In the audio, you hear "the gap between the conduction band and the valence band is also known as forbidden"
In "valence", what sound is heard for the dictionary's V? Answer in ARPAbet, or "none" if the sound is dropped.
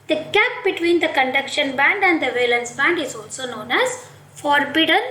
V